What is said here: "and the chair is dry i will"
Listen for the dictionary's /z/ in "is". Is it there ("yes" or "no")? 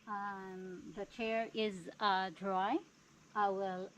yes